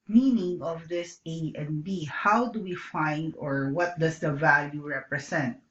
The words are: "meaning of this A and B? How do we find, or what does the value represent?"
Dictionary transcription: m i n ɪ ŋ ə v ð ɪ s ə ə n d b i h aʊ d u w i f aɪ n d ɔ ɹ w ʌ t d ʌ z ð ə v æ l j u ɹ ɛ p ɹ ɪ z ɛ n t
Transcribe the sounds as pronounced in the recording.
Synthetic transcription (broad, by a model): m i n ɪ ŋ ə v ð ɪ s ə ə n b i h aʊ d u w i f aɪ n d ɔ ɹ w ʌ t d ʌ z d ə v æ l j u ɹ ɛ p ɹ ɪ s ɛ n t